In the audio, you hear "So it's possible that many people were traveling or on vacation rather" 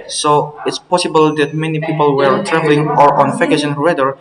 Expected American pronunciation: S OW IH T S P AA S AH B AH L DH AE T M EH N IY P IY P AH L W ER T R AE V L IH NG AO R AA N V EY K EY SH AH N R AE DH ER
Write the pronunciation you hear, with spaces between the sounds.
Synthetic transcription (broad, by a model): S OW IH T S P AA S AH B AH L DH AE T M EH N IY P IY P AH L W ER T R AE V L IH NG AO R AA N F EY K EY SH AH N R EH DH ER